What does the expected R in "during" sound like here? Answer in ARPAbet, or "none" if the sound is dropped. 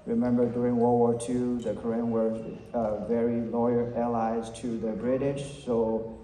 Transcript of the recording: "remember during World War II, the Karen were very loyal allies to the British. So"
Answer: R